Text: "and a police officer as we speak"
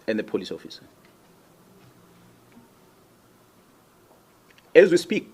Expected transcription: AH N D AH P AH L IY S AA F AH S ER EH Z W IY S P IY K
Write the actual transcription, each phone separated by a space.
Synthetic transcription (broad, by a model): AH N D AH P AH L IY S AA F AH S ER EH Z W IY S P IY K